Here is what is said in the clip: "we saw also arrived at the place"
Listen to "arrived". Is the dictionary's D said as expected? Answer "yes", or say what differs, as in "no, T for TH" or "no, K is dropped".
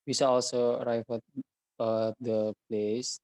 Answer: no, D is dropped